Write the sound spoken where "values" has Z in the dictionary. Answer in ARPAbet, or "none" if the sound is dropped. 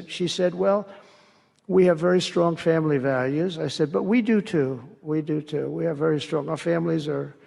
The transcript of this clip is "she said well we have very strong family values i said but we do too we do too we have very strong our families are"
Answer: Z